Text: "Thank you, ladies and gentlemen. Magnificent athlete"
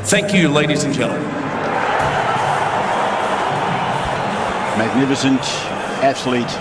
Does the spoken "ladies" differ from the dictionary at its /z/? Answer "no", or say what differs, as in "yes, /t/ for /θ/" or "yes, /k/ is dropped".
no